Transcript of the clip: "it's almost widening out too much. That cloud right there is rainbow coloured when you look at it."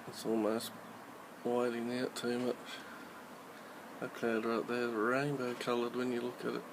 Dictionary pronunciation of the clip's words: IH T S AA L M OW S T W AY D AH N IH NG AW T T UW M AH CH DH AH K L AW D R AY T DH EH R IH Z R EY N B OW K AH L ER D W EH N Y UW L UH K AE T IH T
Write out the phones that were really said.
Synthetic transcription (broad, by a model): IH T S AA L M OW S T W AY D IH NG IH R T UW M AH CH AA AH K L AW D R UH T DH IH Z R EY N B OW K AH L ER D W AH N Y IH L UH K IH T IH T